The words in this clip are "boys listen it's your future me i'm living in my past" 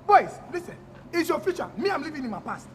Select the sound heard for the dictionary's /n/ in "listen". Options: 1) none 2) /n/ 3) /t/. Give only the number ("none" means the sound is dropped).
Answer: 1